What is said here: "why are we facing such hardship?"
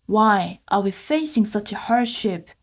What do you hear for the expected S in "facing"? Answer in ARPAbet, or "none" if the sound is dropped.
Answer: S